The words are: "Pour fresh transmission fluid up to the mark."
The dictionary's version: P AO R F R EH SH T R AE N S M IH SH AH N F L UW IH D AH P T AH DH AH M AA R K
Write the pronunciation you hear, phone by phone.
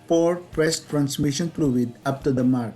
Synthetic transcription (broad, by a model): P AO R P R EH S T R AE N S M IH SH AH N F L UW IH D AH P T AH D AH M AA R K